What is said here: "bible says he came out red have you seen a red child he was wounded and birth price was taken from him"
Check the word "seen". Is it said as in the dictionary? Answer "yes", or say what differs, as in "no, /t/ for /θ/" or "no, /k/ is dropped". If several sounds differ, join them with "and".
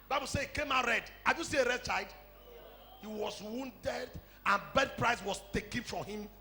no, /n/ is dropped